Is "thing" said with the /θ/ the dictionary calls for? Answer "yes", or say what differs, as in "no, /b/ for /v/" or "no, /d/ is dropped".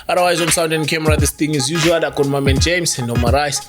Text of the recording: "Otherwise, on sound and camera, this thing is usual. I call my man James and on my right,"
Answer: no, /t/ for /θ/